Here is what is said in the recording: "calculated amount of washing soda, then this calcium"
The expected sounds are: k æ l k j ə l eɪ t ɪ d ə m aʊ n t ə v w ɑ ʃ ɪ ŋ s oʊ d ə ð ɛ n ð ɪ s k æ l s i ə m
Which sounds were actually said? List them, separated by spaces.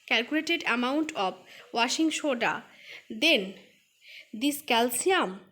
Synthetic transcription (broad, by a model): k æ l k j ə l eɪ t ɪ d ə m aʊ n t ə b w ɑ ʃ ɪ ŋ ʃ oʊ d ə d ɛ n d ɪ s k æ l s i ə m